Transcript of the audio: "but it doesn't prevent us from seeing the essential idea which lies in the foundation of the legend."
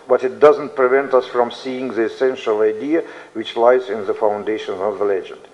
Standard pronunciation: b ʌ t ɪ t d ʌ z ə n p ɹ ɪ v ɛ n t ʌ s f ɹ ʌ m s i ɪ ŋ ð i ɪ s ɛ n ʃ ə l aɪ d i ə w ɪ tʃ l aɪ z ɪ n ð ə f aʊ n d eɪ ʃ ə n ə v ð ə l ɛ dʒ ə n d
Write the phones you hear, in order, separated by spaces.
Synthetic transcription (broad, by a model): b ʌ t ɪ t d ʌ z ə n p ɹ ɪ v ɛ n t ʌ s f ɹ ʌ m s i ɪ ŋ ð i ɪ s ɛ n ʃ ə l aɪ d i ə w ɪ tʃ l aɪ z ɪ n ð ə f aʊ n d eɪ ʃ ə n ə v ð ə l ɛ dʒ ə n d